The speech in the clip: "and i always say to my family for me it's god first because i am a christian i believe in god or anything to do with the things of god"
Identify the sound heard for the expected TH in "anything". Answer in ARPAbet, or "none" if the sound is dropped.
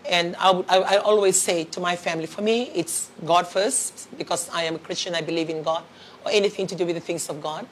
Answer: TH